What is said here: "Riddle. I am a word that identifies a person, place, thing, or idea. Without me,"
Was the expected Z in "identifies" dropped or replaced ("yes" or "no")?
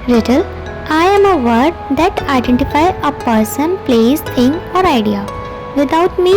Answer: yes